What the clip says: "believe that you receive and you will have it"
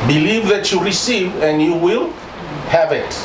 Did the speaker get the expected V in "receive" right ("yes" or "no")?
yes